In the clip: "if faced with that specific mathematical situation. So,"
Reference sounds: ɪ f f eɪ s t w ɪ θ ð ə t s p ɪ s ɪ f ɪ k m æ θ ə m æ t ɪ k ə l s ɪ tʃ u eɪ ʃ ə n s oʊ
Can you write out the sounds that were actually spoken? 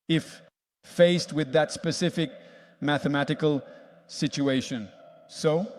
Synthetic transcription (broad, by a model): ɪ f f eɪ s t w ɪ ð ə t s p ɪ s ɪ f ɪ k m æ θ ə m æ t ɪ k ə l s ɪ tʃ u eɪ ʃ ə n s oʊ